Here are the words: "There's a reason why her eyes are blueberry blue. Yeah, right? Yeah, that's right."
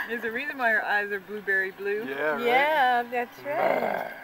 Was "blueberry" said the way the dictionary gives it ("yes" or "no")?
yes